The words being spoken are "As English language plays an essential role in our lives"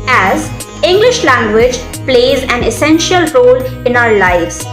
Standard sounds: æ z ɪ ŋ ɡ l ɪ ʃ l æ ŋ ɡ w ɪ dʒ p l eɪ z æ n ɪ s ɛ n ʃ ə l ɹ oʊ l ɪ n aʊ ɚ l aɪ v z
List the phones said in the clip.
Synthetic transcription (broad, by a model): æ z ɪ ŋ ɡ l ɪ ʃ l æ ŋ ɡ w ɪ dʒ p l eɪ z æ n ɪ s ɛ n ʃ ə l ɹ oʊ l ɪ n aʊ ɚ l aɪ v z